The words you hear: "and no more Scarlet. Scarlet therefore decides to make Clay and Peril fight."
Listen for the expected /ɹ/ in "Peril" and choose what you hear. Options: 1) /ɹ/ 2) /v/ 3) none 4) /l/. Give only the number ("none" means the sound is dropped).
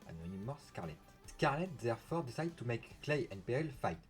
3